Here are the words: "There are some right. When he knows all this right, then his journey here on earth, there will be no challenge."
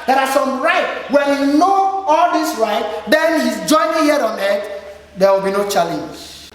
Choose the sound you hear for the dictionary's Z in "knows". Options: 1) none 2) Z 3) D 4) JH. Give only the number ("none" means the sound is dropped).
1